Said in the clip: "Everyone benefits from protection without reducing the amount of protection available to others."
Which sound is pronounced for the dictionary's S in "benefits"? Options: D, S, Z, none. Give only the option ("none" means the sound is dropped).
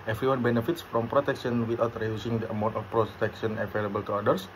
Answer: S